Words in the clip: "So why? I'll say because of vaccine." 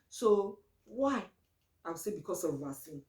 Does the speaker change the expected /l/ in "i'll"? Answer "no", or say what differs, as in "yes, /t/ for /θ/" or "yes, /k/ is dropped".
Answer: yes, /w/ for /l/